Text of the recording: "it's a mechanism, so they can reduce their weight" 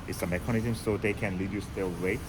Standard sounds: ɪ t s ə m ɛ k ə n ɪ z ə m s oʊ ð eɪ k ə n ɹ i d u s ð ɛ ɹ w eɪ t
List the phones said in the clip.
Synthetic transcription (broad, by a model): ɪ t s ə m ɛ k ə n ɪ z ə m s oʊ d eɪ k ə n l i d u s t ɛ l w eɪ